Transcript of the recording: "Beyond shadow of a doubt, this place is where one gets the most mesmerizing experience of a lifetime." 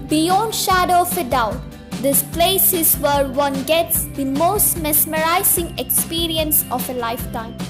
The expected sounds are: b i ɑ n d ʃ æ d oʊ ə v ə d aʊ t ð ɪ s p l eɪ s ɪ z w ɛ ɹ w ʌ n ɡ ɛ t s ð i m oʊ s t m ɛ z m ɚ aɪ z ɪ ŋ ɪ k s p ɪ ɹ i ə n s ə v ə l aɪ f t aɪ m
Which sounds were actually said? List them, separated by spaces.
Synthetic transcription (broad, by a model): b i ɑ n d ʃ æ d oʊ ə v ə d aʊ t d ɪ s p l eɪ s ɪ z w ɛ ɹ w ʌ n ɡ ɛ t s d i m oʊ s t m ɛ s m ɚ aɪ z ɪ ŋ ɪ k s p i ɹ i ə n s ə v ə l aɪ f t aɪ m